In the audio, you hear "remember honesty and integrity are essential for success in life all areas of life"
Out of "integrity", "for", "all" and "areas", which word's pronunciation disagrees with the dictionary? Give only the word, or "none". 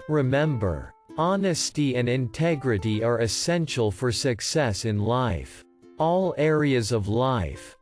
none